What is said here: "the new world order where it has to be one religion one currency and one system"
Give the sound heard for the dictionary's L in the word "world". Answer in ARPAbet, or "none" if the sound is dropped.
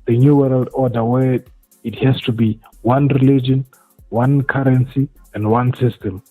L